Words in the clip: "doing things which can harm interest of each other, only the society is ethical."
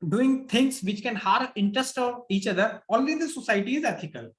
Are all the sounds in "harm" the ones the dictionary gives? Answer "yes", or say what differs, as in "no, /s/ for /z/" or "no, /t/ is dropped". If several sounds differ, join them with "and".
no, /m/ is dropped